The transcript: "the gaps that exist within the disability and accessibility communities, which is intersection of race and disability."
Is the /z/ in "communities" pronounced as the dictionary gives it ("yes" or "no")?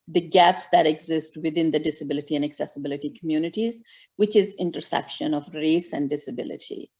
yes